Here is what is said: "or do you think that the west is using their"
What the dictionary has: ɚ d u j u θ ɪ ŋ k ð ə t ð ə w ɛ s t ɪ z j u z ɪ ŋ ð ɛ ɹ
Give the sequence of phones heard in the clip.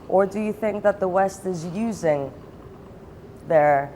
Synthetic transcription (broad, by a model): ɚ d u j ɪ θ ɪ ŋ k ð ə t ð ə w ɛ s t ɪ z j u z ɪ ŋ ð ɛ ɹ